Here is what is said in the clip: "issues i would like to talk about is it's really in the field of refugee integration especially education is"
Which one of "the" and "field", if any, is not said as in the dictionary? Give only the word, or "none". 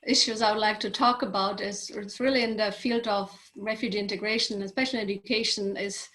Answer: none